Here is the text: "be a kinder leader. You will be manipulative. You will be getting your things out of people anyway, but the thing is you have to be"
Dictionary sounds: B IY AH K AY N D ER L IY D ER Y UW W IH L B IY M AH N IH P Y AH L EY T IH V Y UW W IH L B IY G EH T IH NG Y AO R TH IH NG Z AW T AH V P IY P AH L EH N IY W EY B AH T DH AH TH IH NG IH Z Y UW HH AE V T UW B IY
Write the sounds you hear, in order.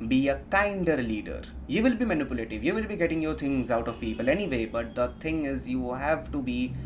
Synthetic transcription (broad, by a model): B IY AH K AY N D ER L IY D ER Y UW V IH L B IY M AH N IH P Y AH L EY T IH V Y UW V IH L B IY G EH T IH NG Y AO R T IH NG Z AW T AH V P IY P AH L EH N IY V EY B AH T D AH T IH NG IH Z Y UW HH AE V T UW B IY